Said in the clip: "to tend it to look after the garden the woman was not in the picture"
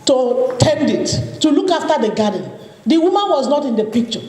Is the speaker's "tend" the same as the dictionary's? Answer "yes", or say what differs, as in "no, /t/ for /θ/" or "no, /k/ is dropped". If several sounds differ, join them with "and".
yes